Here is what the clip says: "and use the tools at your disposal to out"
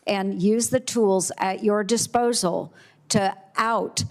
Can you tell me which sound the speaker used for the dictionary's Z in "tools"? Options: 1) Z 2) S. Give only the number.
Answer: 1